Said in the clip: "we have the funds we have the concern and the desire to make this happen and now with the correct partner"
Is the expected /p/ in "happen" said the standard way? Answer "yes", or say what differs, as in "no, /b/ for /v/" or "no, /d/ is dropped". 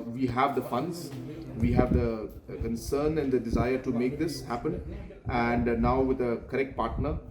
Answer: yes